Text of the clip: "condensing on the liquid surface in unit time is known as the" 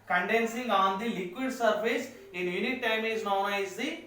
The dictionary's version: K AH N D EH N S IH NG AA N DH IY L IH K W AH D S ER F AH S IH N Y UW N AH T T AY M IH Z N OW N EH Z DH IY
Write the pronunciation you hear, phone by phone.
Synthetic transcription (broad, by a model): K AH N D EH N S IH NG AA N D IY L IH K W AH D S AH P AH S IH N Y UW N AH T T AY M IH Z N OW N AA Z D IY